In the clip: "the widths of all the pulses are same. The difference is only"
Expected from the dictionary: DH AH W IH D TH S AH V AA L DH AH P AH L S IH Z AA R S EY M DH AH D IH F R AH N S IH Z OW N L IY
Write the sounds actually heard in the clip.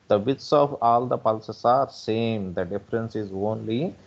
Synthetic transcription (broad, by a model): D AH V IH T S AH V AA L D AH P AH L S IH S AA R S EY M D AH D IH F R AH N S IH Z OW N L IY